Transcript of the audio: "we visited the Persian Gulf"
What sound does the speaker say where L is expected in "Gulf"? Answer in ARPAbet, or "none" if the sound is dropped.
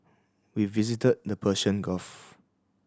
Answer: none